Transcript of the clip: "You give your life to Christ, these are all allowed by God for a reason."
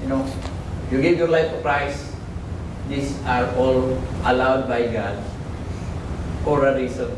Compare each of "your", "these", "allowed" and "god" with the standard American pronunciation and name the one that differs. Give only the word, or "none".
these